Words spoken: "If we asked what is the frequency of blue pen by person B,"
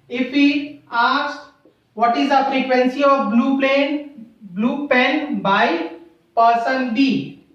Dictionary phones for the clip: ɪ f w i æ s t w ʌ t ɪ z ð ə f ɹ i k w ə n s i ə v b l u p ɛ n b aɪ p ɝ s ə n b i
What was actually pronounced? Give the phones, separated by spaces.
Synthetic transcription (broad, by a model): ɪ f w i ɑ s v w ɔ t ɪ z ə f ɹ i k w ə n s i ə b b l u p ɛ n b aɪ p ɝ s ə n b i